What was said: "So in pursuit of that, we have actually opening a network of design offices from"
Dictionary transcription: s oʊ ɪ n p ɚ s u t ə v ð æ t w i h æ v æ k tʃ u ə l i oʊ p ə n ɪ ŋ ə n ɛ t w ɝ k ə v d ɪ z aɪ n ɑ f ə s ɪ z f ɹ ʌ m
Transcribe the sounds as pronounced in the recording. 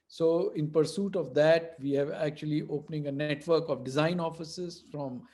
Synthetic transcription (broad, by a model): s oʊ ɪ n p ɚ s u t ə v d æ t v i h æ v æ k tʃ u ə l i oʊ p ə n ɪ ŋ ə n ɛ t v ɝ k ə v d ɪ z aɪ n ɑ f ə s ɪ z f ɹ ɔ m